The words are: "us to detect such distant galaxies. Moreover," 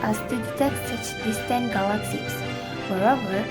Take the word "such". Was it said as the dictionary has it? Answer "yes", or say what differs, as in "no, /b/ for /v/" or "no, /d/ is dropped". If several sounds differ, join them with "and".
yes